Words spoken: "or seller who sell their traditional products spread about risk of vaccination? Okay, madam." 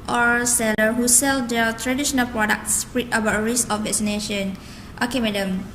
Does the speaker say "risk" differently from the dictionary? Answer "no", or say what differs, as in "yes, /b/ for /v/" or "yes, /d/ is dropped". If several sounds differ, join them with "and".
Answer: yes, /k/ is dropped